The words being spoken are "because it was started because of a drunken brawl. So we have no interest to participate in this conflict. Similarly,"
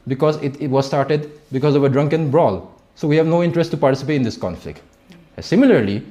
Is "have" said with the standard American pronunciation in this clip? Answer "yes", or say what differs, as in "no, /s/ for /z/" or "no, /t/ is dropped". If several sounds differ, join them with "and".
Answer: yes